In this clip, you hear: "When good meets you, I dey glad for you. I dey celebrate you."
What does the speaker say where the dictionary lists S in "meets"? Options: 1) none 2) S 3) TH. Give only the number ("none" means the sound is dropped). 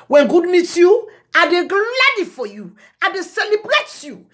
1